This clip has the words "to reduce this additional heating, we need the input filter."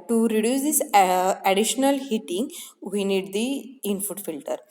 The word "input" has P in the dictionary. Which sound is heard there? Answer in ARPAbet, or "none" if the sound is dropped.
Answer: F